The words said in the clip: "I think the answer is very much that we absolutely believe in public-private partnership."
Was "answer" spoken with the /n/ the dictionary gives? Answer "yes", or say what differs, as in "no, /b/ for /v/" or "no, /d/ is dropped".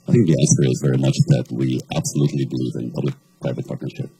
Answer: no, /n/ is dropped